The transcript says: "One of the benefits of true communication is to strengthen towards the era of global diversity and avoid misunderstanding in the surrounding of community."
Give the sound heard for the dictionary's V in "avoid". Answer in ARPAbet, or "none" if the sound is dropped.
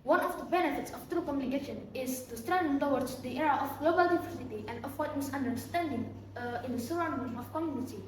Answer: W